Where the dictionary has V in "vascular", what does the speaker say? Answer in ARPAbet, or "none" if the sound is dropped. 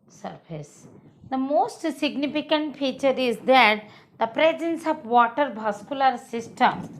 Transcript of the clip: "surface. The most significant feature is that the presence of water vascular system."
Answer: B